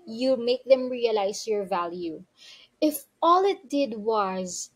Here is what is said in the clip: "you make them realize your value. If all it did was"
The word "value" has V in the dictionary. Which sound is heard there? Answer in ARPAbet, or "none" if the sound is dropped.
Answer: V